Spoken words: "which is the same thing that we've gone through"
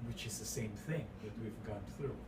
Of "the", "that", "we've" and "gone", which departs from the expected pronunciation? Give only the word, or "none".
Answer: none